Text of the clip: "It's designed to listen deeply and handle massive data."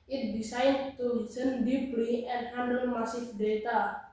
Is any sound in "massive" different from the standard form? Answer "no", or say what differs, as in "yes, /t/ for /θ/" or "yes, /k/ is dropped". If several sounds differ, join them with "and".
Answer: yes, /f/ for /v/